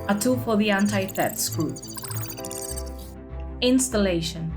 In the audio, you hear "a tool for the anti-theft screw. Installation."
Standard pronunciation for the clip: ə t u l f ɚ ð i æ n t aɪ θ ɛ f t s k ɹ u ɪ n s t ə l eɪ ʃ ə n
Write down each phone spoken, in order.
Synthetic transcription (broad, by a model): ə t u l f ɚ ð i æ n t aɪ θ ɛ t s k u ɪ n s t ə l eɪ ʃ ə n